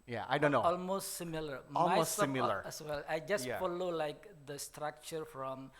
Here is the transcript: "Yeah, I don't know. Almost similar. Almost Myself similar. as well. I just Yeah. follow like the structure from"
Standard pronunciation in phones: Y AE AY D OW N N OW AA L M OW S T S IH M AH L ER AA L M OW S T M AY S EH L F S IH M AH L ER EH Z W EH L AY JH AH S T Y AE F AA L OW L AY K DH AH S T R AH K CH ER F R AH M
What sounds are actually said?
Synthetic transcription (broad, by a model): Y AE AY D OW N N OW AA L M OW S T S IH M AH L ER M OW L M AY AO S IH M AH L ER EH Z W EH L AY JH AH S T Y AE F AA L OW L AY K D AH S T R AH K CH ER F R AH M